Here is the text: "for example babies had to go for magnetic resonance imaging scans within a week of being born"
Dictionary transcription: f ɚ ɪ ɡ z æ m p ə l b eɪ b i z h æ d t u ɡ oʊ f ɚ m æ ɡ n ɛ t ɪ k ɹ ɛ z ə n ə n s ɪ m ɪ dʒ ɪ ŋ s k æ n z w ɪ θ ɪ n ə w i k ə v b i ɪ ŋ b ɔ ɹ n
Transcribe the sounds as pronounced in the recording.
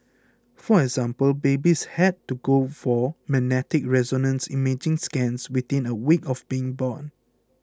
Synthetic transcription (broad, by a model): f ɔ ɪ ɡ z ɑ m p ə l b eɪ b i s h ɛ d t u ɡ oʊ f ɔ m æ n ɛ t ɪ k ɹ ɛ z ə n ə n s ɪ m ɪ dʒ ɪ ŋ s k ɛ n s w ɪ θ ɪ n ə w i k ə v b i ɪ ŋ b ɔ n